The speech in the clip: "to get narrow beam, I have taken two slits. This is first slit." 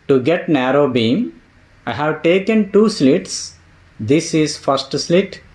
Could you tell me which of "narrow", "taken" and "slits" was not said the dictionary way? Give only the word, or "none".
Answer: none